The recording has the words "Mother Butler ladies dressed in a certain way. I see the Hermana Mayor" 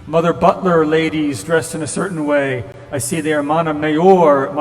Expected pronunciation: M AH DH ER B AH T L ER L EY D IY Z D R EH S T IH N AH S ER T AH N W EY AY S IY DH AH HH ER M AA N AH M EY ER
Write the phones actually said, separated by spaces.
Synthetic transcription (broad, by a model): M AH DH ER B AH T L ER L EY D IY Z D R EH S T IH N AH S ER T N W EY AY S IY DH AH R M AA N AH M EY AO